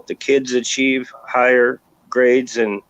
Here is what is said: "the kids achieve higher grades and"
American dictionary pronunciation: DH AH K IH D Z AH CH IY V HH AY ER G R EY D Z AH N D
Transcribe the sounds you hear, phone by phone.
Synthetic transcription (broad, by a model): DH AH K IH D Z AH CH IY V HH AY ER G R EY D Z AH N